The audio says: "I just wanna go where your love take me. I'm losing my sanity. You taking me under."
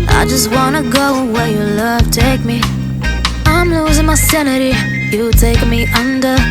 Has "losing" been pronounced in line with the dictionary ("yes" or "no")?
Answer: yes